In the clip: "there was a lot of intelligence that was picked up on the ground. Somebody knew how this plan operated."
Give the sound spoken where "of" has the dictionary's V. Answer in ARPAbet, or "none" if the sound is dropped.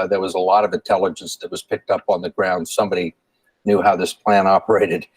V